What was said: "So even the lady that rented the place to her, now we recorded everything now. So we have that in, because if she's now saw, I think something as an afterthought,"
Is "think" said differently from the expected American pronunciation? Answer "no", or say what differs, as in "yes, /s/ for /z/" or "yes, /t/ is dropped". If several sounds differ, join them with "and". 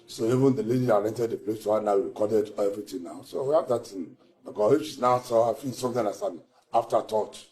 yes, /s/ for /θ/